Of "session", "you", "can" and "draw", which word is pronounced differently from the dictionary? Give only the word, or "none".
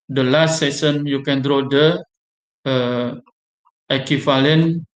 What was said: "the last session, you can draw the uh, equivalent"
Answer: session